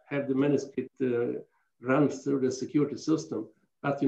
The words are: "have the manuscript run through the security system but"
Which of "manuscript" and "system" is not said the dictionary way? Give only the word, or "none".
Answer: manuscript